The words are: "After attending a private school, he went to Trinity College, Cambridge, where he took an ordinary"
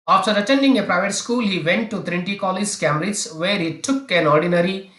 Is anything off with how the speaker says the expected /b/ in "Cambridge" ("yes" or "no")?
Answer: yes